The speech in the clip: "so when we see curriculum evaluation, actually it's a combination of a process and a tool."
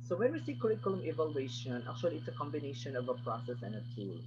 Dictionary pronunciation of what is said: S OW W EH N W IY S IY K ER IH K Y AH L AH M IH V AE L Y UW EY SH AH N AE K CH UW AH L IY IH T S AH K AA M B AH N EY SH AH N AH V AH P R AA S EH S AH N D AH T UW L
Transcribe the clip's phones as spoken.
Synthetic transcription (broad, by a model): S OW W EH N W IY S IY K ER IH K Y AH L AH M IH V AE L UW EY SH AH N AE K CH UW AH L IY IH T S AH K AA M B AH N EY SH AH N AH V AH P R AA S EH S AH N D AH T UW L